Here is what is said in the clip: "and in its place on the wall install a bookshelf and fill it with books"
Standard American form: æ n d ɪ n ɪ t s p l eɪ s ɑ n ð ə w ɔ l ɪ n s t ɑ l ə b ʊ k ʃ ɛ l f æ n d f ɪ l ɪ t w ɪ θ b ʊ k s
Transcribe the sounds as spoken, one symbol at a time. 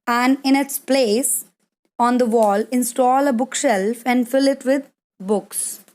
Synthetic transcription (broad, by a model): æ n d ɪ n ɪ t s p l eɪ s ɑ n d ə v ɔ l ɪ n s t ɑ l ə b ʊ k ʃ ɛ l f æ n d f ɪ l ɪ t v ɪ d b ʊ k s